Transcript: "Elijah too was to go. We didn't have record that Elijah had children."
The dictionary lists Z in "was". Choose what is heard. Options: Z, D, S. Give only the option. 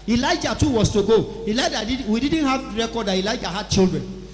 S